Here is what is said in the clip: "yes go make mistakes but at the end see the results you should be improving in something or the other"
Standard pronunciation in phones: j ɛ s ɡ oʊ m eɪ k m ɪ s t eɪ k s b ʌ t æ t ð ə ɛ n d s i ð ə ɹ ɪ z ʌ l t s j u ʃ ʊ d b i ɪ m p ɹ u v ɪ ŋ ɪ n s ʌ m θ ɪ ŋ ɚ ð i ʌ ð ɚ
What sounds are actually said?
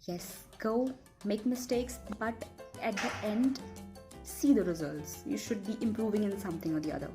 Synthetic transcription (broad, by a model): j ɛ s ɡ oʊ m eɪ k m ɪ s t eɪ k s b ʌ t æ t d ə ɛ n d s i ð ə ɹ ɪ z ʌ l t s j u ʃ ʊ d b i ɪ m p ɹ u v ɪ ŋ ɪ n s ʌ m t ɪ ŋ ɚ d i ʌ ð ɚ